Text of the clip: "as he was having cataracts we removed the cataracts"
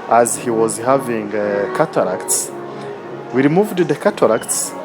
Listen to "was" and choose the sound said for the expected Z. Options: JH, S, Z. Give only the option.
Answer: Z